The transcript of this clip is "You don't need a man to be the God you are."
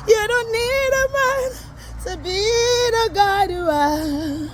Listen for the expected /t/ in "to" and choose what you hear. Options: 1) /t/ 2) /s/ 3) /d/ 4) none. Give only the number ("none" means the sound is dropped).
2